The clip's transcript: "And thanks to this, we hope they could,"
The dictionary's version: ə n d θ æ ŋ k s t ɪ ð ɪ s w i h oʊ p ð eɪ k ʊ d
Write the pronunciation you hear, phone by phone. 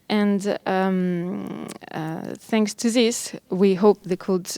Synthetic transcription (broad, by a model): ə n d θ æ ŋ k s t ɪ ð ɪ s w i h oʊ p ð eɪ k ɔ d